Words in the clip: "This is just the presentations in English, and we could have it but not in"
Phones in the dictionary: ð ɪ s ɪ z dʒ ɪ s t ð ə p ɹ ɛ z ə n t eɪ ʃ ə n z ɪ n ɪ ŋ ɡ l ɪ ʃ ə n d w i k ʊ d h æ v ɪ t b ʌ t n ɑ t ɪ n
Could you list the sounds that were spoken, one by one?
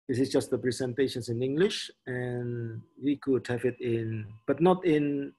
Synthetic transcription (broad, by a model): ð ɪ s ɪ s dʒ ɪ s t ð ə p ɹ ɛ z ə n t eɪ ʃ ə n s ɪ n ɪ ŋ ɡ l ɪ ʃ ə n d w i k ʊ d h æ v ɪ t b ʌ t n ɑ t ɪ n